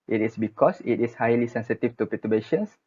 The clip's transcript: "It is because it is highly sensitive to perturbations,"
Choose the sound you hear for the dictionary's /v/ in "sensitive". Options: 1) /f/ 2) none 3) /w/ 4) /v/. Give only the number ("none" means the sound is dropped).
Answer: 1